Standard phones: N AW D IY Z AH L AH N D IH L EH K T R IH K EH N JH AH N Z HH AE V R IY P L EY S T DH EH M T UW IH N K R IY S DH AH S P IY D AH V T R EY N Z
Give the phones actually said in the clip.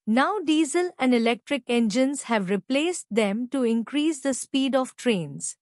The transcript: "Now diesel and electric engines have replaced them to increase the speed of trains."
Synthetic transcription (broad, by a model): N AW D IY Z AH L AH N D IH L EH K T R IH K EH N JH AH N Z HH AE V R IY P L EY S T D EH M T UW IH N K R IY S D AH S P IY D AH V T R EY N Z